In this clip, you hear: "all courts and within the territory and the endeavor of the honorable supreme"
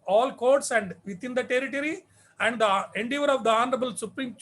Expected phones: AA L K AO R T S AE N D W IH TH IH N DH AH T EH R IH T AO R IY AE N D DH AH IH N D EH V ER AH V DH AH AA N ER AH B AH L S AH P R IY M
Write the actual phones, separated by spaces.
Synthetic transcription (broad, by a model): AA L K AO R T S AE N D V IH T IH N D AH T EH R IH T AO R IY AE N D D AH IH N D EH V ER AH V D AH AA N ER AH B AH L S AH P R IY M